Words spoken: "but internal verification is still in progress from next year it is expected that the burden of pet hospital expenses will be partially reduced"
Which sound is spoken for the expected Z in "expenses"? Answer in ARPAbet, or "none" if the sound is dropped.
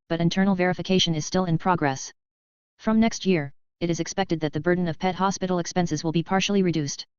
Z